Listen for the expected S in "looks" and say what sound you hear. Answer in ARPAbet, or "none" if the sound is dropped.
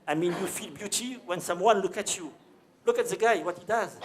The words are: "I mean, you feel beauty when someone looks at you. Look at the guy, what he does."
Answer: none